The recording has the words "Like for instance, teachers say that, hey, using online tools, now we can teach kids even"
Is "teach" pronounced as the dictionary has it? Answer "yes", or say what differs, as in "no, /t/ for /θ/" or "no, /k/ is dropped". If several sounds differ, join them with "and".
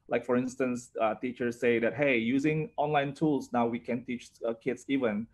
yes